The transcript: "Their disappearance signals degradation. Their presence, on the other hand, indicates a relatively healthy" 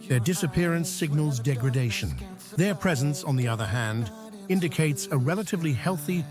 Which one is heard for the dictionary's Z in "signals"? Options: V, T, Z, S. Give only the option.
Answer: Z